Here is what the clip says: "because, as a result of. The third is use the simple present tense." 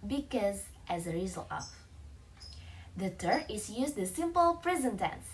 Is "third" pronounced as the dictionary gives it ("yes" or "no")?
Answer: no